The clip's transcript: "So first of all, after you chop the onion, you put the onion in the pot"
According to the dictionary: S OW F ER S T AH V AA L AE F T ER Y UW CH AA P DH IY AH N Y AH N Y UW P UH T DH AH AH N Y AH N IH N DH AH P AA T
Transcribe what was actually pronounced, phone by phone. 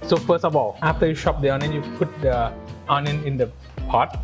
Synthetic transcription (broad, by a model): S OW F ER S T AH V AA L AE F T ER Y UW SH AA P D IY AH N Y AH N Y UW P UH T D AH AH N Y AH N IH N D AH P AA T